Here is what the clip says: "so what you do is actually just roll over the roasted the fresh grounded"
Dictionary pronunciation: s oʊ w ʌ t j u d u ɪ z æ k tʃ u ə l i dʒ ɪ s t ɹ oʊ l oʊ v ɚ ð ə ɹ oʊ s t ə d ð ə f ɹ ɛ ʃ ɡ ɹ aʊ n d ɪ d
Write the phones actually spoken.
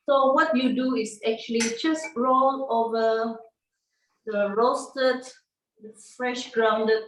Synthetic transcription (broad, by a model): s oʊ w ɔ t j u d u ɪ s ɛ k tʃ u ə l i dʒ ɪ s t ɹ oʊ l oʊ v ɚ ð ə ɹ oʊ s t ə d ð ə f ɹ ɛ ʃ ɡ ɹ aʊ n d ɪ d